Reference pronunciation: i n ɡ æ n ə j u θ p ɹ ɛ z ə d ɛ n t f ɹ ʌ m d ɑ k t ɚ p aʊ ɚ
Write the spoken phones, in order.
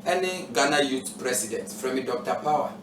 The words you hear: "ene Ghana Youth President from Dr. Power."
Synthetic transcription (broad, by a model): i n ɡ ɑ n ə j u t p ɹ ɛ s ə d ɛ n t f ɹ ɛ m d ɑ k t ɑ p aʊ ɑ